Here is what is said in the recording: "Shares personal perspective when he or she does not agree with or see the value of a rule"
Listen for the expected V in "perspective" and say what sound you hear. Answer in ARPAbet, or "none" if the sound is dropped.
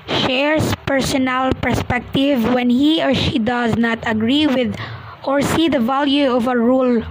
V